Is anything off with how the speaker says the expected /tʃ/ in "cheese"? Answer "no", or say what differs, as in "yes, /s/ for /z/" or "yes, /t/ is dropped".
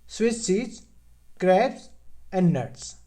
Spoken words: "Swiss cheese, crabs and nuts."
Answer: yes, /s/ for /tʃ/